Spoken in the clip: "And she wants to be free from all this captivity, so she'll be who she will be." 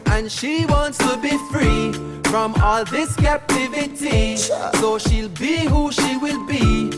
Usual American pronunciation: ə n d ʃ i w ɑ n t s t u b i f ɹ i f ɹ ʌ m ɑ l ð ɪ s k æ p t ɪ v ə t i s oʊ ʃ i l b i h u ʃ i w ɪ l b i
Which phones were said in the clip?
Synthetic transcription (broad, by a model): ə n ʃ i w ɑ n t s t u b i f ɹ i f ɹ ʌ m ɑ l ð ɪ s k æ p t ɪ v ə t i s oʊ ʃ i l b i h u ʃ i w ɪ l b i